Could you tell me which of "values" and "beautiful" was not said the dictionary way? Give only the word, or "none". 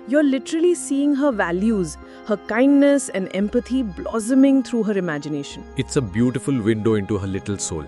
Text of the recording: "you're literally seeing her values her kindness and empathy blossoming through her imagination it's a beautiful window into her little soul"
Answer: none